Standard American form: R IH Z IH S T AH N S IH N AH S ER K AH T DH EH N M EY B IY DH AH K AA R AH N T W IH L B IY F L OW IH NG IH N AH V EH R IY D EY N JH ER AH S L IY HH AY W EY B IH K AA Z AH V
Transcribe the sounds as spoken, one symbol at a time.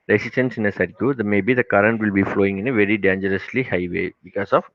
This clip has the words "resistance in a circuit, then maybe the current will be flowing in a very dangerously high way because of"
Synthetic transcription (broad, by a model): R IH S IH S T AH N S IH N AH S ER AH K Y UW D M EY B IY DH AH K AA R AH N T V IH L B IY F L OW IH NG IH N AH V EH R IY D EY N JH ER AH S L IY HH AY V EY B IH K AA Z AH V